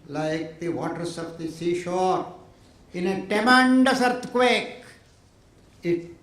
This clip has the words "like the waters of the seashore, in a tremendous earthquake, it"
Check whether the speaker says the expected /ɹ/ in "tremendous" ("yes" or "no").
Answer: no